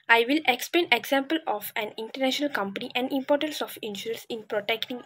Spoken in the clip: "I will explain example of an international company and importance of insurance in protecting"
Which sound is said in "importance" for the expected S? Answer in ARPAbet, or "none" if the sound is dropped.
S